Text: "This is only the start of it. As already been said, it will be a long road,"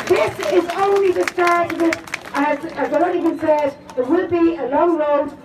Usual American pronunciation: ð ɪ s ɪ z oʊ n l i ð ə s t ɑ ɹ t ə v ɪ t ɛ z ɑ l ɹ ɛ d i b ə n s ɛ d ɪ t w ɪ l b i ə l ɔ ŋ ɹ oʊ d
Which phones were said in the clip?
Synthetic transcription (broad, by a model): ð ɪ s ɪ z oʊ n l i ð ə s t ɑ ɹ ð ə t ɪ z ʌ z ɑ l ɛ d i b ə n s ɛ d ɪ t w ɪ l b i ə l ɔ ŋ ɹ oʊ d